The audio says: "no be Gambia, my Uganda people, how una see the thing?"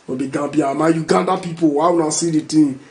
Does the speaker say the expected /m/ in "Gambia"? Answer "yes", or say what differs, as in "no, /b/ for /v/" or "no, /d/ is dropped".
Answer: no, /m/ is dropped